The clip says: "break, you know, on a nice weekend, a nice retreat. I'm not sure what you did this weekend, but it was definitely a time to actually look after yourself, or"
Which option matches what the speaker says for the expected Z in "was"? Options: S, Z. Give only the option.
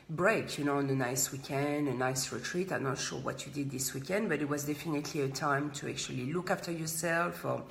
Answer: Z